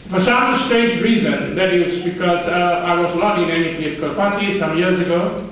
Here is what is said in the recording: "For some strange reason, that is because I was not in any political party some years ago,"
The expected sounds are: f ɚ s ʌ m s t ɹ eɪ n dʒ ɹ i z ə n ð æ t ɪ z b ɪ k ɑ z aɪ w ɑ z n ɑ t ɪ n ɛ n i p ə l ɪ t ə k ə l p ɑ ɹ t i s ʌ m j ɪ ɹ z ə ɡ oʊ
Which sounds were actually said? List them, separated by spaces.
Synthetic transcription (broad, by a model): f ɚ s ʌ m s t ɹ eɪ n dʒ ɹ i z ə n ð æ t ɪ z b ɪ k ɑ z aɪ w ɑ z l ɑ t ɪ n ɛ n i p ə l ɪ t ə k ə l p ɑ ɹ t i s ʌ m j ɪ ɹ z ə ɡ oʊ